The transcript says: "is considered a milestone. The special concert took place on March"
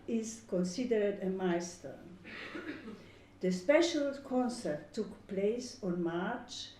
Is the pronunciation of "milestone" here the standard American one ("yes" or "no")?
no